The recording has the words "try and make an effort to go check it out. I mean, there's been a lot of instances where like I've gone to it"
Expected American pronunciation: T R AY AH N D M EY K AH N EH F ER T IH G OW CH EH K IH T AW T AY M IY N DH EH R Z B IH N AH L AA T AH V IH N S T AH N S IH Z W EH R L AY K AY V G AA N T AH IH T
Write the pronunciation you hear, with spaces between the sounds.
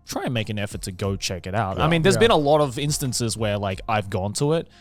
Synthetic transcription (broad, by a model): T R AY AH N M EY K AH N EH F ER T IH G OW CH EH K IH T AW T AY M IY N DH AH R Z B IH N AH L AA T AH V IH N S T AH N S IH Z W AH R L AY K AY V G AA N T AH IH T